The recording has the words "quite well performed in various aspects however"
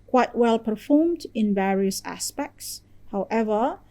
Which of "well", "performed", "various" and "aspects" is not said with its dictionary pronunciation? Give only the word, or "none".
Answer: none